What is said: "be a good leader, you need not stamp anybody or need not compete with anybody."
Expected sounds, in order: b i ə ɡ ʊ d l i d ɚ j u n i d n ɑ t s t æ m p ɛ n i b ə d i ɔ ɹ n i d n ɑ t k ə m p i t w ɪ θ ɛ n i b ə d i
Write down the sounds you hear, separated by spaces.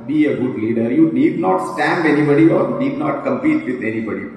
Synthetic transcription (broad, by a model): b i ə ɡ ʊ d l i d ɚ j u n i d n ɑ t s t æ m b ɛ n i b ə d i ɔ ɹ n i d n ɑ t k ə m p i t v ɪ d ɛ n i b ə d i